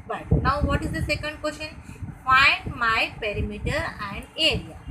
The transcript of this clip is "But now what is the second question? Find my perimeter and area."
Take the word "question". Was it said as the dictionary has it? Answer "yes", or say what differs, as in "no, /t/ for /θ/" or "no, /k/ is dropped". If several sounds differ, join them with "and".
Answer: no, /ʃ/ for /tʃ/